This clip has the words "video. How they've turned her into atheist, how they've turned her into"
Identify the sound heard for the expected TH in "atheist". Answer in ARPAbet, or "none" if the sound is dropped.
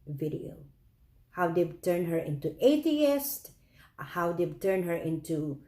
T